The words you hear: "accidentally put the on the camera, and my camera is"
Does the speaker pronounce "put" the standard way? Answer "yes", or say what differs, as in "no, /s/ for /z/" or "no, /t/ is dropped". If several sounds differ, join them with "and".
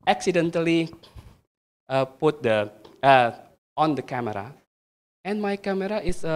yes